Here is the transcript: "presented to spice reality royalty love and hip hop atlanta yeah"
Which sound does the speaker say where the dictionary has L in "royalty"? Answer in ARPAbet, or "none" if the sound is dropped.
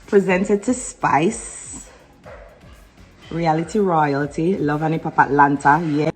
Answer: L